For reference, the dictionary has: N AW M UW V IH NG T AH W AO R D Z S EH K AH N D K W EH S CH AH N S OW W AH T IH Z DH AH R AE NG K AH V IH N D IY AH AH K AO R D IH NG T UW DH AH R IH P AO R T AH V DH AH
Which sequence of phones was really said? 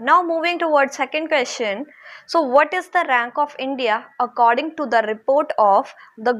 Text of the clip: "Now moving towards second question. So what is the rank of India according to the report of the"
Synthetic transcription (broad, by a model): N AW M UW V IH NG T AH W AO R D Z S EH K AH N D K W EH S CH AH N S OW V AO T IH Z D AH R AE NG K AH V IH N D IY AH AH K AO R D IH NG T UW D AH R IH P AO R T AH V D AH